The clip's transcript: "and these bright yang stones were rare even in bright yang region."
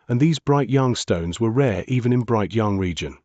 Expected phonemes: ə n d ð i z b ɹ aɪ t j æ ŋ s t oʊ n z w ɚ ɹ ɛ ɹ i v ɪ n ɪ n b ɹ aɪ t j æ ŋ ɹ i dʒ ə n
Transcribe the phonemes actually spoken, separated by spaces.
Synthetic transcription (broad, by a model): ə n ð i z b ɹ aɪ t j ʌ ŋ s t oʊ n z w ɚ ɹ ɛ ɹ i v ɪ n ɪ n b ɹ aɪ t j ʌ ŋ ɹ i dʒ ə n